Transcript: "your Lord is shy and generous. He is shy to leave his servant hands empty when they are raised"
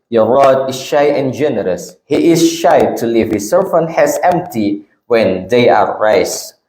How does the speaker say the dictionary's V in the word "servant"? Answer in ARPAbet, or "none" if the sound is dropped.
F